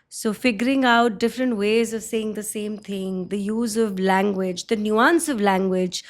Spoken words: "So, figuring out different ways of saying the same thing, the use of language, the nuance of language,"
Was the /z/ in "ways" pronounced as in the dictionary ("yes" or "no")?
yes